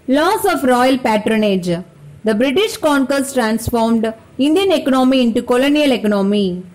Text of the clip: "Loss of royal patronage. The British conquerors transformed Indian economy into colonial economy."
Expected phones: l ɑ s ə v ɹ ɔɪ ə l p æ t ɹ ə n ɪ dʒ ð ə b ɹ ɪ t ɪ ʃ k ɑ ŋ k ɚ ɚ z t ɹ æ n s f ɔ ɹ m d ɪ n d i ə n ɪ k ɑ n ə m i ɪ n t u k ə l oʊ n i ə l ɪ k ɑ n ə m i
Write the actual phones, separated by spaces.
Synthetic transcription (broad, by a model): l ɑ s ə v ɹ ɔɪ ə l p æ t ɹ ə n ɪ dʒ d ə b ɹ ɪ t ɪ ʃ k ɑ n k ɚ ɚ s t ɹ æ n s f ɔ ɹ m d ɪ n d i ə n ɪ k ɑ n ə m i ɪ n t u k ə l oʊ n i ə l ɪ k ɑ n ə m i